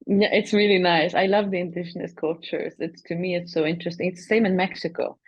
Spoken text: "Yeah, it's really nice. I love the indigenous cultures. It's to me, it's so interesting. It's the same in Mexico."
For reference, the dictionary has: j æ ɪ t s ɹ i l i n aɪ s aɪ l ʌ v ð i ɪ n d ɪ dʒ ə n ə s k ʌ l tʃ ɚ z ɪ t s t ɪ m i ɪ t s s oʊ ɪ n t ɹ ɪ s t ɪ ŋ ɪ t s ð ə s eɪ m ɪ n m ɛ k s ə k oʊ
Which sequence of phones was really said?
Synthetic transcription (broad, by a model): j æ ɪ t s ɹ i l i n aɪ s aɪ l ʌ v ð i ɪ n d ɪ ʃ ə n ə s k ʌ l tʃ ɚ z ɪ t s t ɪ m i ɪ t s s oʊ ɪ n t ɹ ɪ s t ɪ ŋ ɪ t s ð ə s eɪ m ɪ n m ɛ k s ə k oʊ